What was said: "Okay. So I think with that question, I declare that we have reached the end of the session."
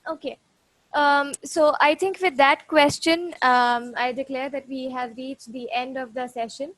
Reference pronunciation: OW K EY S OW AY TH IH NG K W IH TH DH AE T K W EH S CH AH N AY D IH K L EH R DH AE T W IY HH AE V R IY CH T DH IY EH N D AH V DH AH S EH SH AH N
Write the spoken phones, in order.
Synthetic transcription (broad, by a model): OW K EY S OW AY T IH NG K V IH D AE T K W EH S CH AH N AY D IH K L EH R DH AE T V IY HH AE V R IY CH T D IY EH N D AH V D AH S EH SH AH N